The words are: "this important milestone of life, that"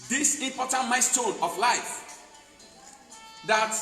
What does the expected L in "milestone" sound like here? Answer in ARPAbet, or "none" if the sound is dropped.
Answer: none